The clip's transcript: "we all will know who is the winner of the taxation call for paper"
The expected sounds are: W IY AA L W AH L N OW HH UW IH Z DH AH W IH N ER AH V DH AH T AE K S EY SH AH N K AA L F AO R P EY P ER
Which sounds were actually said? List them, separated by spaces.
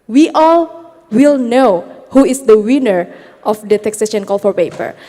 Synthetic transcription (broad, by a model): W IY AA L W AH L N OW HH UW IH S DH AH W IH N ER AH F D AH T AE K S EY SH AH N K AA L F AO R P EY P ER